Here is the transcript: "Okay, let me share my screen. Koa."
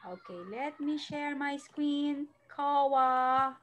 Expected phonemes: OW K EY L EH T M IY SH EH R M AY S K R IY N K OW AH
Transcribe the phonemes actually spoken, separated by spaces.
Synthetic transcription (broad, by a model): OW K EY L EH T M IY SH EH R M AY S K W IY N K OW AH